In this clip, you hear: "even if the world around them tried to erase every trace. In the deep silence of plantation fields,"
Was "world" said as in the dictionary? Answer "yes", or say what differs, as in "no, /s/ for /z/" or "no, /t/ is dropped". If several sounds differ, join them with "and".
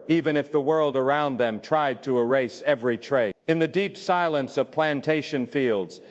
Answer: yes